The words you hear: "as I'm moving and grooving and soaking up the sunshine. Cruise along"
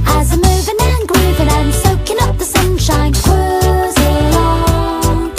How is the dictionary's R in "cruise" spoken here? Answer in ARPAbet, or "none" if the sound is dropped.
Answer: W